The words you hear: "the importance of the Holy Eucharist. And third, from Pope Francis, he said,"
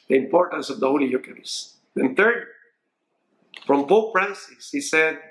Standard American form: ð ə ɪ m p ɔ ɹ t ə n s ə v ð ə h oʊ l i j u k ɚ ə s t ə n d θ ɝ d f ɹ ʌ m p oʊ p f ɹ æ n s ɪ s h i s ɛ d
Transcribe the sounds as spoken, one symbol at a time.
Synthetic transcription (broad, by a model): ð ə ɪ m p ɔ ɹ t ə n s ə v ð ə h oʊ l i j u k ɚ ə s ə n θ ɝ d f ɹ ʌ m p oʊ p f ɹ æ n s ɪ s h i s ɛ d